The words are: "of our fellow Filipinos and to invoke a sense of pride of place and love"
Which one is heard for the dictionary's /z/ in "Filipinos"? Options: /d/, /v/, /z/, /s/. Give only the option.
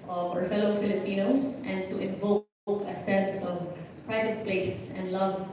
/s/